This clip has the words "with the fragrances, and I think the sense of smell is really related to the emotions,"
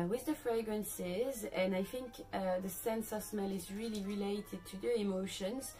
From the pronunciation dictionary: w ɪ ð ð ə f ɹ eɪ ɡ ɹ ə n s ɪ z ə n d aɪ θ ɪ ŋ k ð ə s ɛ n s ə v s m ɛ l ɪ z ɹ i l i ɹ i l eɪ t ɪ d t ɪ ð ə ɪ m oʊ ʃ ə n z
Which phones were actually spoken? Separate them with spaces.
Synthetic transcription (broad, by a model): w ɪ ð ð ə f ɹ eɪ ɡ ɹ ə n s ɪ z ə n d aɪ θ ɪ ŋ k ð ə s ɛ n s ə v s m ɛ l ɪ z ɹ i l i ɹ i l eɪ t ɪ d t ɪ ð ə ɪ m oʊ ʃ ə n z